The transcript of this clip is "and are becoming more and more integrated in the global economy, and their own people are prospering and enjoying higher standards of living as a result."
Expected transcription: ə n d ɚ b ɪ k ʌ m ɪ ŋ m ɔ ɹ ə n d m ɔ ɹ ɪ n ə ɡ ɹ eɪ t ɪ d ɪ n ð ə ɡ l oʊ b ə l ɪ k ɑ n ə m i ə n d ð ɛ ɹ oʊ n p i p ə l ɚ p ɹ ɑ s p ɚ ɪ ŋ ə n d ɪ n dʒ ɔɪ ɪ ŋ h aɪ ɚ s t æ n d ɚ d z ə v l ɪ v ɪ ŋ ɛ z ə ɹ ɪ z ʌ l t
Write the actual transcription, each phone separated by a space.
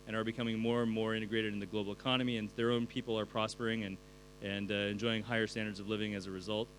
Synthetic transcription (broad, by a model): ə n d ɚ b ɪ k ʌ m ɪ ŋ m ɔ ɹ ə n m ɔ ɹ ɪ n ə ɡ ɹ eɪ t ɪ d ɪ n ð ə ɡ l oʊ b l ɪ k ɑ n ə m i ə n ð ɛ ɹ oʊ n p i p l ɚ p ɹ ɑ s p ɚ ɪ ŋ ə n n ɪ n dʒ ɔɪ ɪ ŋ h aɪ ɚ s t æ n d ɚ d z ə v l ɪ v ɪ ŋ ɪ z ə ɹ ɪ z ʌ l t